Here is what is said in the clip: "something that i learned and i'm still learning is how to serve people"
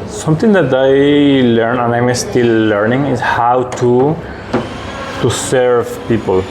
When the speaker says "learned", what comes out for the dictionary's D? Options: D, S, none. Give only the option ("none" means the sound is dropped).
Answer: none